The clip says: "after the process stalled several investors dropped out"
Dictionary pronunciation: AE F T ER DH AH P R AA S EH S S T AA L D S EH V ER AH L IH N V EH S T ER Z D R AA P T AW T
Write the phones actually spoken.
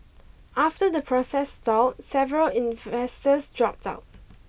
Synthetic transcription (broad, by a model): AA F T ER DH AH P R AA S EH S S T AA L S EH V ER AH L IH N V EH S T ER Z D R AA P T AW T